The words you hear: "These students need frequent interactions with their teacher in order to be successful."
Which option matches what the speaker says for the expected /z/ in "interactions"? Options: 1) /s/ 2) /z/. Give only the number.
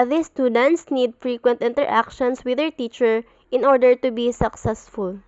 1